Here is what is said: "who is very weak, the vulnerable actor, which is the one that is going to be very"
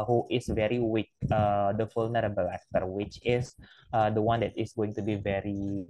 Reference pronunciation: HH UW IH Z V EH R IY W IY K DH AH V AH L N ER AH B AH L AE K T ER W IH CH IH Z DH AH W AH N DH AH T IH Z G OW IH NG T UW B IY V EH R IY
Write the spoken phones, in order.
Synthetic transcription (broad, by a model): HH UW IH S V EH R IY W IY K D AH F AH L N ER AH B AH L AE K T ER W IH CH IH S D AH W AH N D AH T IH S G OW IH NG T UW B IY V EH R IY